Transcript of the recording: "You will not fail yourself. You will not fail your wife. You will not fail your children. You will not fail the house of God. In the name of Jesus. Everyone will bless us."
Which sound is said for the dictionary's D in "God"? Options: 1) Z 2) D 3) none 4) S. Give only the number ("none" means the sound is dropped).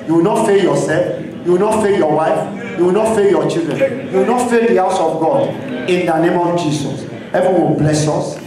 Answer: 2